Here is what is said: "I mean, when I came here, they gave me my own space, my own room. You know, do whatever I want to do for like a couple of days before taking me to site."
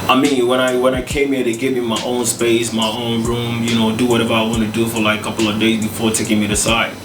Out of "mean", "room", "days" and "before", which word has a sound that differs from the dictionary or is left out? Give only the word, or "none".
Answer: none